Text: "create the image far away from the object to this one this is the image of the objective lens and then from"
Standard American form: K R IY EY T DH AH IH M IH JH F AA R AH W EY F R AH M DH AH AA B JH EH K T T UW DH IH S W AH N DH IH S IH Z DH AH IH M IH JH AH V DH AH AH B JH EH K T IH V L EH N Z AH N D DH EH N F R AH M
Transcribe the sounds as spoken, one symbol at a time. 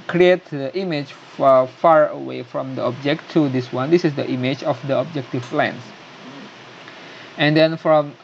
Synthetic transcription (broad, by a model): K R IY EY T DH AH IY M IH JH F AA R AH W EY F R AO M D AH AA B JH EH K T T UW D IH S W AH N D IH S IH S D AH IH M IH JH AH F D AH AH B JH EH K T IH P L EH N S AH N D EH N F R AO M